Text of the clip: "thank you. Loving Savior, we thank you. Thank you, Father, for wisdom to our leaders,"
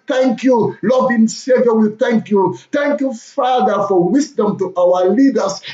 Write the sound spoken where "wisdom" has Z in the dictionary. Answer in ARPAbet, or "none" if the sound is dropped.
S